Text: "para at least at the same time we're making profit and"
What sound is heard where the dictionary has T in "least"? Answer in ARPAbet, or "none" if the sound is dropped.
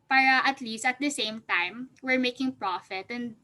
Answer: T